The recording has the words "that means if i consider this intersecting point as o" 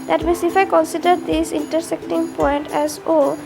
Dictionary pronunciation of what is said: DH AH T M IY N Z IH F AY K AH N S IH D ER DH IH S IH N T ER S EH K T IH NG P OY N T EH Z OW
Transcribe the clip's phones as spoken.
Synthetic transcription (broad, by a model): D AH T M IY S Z IH F AY K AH N S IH D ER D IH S IH N T ER S EH K T IH NG P OY N T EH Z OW